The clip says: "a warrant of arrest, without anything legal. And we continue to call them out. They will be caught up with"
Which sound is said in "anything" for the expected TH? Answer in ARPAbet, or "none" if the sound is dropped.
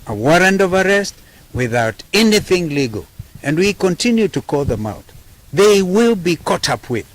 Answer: TH